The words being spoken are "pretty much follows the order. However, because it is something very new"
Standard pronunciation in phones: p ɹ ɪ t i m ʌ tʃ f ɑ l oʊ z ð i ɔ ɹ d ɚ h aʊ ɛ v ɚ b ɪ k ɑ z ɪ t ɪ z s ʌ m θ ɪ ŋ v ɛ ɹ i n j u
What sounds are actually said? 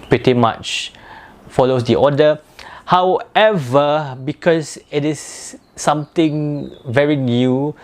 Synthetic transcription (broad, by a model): p ɹ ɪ t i m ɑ tʃ f ɑ l oʊ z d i ɔ d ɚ h aʊ ɛ v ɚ b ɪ k ɑ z ɪ t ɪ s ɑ m t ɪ ŋ v ɛ ɹ i n j u